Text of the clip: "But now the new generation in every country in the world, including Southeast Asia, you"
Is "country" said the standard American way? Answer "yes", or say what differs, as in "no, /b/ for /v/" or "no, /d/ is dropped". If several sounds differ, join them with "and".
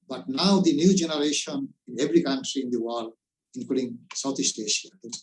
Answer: yes